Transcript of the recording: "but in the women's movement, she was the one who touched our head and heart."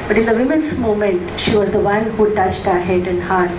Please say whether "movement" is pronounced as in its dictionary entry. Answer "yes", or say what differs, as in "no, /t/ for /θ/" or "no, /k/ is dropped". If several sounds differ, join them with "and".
no, /v/ is dropped